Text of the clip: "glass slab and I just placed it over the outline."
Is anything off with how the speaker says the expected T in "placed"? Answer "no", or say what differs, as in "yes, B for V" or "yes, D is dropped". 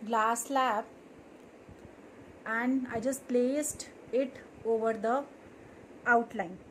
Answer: no